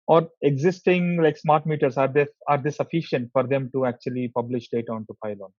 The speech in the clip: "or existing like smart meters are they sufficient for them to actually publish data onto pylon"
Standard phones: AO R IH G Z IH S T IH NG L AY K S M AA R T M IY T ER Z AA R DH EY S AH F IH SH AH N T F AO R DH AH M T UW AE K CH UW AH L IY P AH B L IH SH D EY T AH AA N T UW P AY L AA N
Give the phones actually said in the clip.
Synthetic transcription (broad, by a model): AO R IH G Z IH S T IH NG L AY K S M AA R T M IY T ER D AA R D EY S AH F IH SH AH N T F AO R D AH M T UW AE K CH UW AH L IY P AH B L IH SH D EY T AH AA N T UW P AY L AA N